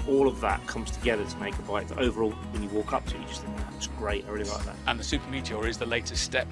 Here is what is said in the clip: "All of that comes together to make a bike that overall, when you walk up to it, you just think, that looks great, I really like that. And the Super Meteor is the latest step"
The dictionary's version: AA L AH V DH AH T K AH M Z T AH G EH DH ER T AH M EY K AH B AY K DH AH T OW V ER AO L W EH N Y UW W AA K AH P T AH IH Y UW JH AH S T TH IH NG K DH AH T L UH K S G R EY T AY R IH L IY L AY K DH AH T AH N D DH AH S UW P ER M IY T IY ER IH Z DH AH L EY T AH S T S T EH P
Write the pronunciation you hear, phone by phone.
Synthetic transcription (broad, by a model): AA L AH V DH AH T K AH M Z T AH G EH DH ER T AH M EY K AH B AY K DH AH T OW V ER AO L W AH N Y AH W AA K AH P T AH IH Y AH JH AH S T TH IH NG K DH AH T W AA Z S G R EY T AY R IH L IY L AY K DH AH T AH N DH AH S UW P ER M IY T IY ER IH Z DH AH L EY T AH S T S T EH P